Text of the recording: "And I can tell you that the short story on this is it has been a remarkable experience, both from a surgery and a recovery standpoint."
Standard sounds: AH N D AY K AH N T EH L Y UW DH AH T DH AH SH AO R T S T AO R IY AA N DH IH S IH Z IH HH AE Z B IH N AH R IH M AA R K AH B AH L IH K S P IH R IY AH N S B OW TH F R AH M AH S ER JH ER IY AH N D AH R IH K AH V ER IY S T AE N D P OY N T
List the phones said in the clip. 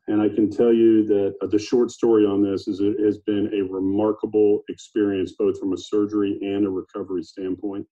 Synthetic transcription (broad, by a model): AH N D AY K AH N T EH L Y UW DH AH T DH AH SH AO R T S T AO R IY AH N DH IH S IH Z IH Z B IH N AH R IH M AA R K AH B L IH K S P IH R IY AH N S B OW TH F R AH M AH S ER JH ER IY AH N AH R IH K AH V ER IY S T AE N P OY N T